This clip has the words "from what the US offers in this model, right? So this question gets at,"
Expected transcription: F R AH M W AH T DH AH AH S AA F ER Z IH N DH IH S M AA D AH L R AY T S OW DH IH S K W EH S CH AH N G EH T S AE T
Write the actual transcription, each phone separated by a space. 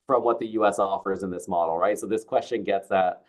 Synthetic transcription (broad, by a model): F R AH M W AH T DH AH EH S AA F ER Z IH N DH IH S M AA D L R AY T S OW DH IH S K W EH S CH AH N G EH T S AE T